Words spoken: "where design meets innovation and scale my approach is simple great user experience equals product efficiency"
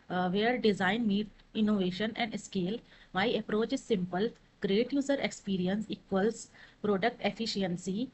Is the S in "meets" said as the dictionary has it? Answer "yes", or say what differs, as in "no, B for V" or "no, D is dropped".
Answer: no, S is dropped